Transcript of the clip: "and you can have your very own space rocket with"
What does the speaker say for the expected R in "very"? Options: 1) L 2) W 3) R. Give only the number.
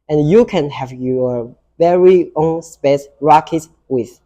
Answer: 3